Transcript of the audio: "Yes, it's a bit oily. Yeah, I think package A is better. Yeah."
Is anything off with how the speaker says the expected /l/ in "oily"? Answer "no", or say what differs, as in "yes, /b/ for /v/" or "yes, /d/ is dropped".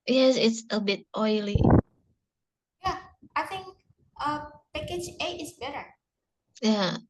no